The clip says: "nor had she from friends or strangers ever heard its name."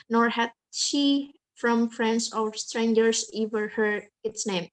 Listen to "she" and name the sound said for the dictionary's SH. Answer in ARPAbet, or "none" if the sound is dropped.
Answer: SH